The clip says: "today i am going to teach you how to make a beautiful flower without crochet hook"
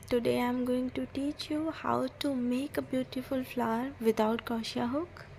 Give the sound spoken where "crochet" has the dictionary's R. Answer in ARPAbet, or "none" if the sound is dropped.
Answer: none